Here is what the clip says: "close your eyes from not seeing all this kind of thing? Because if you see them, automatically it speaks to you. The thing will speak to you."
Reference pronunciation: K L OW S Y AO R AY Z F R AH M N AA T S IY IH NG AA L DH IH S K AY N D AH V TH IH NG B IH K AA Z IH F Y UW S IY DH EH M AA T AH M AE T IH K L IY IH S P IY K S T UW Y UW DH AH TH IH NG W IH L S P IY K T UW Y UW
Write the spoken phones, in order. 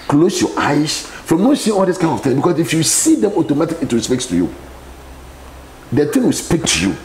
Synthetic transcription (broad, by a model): K L OW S Y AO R AY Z F R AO M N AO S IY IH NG AA L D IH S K AY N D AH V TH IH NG B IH K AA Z IH F Y UW S IY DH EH M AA T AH M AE T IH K IY IH S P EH K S T UW Y UW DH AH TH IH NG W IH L S P IY K T UW Y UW